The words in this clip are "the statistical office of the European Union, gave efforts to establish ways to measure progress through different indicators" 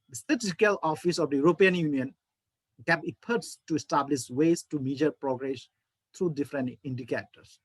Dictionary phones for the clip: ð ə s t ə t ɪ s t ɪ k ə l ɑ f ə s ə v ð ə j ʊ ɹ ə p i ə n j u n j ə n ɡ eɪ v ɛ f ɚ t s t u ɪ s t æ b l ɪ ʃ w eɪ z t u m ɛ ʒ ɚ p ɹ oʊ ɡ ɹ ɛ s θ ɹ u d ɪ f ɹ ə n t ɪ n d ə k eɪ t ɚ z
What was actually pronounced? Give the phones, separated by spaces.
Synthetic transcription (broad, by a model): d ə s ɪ t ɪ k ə l ɑ f ə s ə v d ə j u ɹ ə p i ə n j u n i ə n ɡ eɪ b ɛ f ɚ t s t u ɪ s t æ b l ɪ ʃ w eɪ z t u m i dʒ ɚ p ɹ oʊ ɡ ɹ ɛ s t ɹ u d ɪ f ɹ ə n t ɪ n d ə k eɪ t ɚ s